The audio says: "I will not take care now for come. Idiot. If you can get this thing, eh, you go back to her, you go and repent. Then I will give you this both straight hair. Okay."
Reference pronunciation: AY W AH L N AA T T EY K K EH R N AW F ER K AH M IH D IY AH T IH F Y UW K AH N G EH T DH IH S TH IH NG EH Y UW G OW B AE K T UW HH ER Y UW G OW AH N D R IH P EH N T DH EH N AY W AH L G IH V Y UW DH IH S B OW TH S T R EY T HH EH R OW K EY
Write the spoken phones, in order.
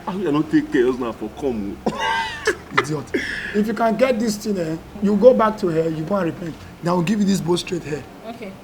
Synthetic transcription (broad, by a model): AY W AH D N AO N T EY K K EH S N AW F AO K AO M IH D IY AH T IH F Y UW K AH N G EH T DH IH S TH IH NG EH Y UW G OW B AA K T UW HH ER Y UW G OW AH N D R IH P EH N T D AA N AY W AH L G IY V Y UW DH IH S B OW T S T R EY T HH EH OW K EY